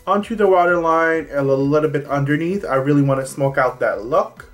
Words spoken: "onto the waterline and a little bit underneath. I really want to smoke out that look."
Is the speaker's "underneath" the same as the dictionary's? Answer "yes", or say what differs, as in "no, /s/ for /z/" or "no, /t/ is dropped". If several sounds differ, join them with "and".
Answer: yes